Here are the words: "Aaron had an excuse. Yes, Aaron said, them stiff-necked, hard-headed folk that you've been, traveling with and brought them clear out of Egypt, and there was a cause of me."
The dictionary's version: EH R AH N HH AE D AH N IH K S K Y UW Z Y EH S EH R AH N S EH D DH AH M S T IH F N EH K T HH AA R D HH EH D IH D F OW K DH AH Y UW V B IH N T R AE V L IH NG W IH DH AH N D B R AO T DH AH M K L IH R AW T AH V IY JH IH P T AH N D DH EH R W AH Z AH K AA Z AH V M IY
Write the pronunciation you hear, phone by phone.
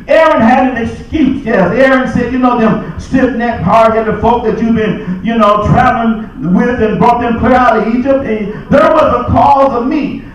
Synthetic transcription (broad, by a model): EH R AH N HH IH D AH N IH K S K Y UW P Y EH S EH R AH N S EH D DH AH M S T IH P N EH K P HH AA R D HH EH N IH F OW K DH AH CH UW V B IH N T R AE V L IH NG W IH DH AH N B R AO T DH AH M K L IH R AW T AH IY JH IH P T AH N DH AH R W AH Z AH K AA Z AH V M IY